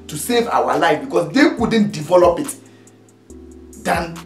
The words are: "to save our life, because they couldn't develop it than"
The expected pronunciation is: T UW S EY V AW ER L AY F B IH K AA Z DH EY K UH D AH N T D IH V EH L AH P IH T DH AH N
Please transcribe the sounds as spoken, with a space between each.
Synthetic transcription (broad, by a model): T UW S EY V AW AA L AY F B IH K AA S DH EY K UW D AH N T D IH V EH L AH P IH T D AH N